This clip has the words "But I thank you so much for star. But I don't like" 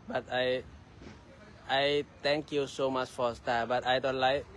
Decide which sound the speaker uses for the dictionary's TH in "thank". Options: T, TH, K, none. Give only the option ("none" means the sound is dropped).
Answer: T